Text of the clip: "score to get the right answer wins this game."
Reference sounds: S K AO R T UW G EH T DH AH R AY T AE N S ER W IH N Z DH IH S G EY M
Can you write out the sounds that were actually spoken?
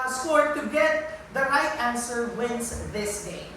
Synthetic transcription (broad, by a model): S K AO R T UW G EH T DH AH R AY T AE N S ER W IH N S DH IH S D EY